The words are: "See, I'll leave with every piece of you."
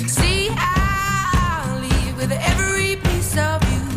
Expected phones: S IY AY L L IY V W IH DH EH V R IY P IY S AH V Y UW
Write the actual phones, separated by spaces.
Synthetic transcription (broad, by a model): S IY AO N L IY V W IH DH EH V R IY P IY S AH V Y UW